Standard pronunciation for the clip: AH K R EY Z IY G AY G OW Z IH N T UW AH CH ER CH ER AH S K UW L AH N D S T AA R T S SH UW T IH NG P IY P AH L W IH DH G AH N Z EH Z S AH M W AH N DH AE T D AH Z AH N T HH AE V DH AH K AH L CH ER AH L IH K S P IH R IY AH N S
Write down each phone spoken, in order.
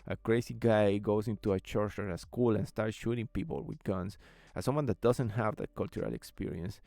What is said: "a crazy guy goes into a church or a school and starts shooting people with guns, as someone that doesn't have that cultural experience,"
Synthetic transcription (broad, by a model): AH K R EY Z IY G AY G OW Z IH N T UW AH CH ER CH ER AH S K UW L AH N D S T AA R T S SH UW T IH NG P IY P AH L W IH DH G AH N S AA S AH M W AH N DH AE T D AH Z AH N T HH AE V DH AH K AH L CH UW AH L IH K S P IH R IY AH N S